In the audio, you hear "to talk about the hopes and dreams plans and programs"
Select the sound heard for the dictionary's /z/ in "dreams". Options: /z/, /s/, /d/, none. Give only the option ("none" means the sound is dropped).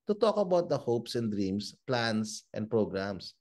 /s/